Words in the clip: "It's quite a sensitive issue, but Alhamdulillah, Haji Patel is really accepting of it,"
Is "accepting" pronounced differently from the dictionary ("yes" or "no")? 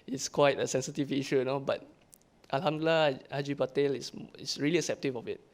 yes